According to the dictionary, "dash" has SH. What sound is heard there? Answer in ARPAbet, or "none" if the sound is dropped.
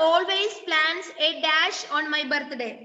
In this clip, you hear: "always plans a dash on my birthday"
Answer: SH